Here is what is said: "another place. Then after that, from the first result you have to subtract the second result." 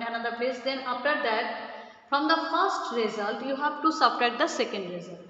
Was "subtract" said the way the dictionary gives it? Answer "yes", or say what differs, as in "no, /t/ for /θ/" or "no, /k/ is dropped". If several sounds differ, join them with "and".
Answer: no, /k/ is dropped